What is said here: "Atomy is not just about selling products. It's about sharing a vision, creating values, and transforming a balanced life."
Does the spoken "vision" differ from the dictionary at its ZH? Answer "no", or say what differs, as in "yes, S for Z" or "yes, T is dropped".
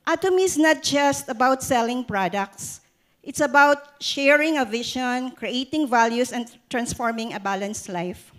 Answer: yes, SH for ZH